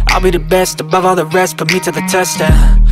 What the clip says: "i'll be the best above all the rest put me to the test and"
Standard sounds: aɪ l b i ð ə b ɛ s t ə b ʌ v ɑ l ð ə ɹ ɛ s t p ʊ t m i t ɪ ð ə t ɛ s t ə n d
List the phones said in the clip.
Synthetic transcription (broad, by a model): aɪ l b i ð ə b ɛ s t ə b ʌ v ɑ l ð ə ɹ ɛ s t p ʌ m i t ɪ ð ə t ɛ s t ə